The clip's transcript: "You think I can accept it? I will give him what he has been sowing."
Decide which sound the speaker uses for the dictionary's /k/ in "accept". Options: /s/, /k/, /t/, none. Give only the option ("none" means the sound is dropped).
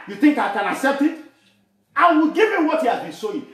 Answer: /k/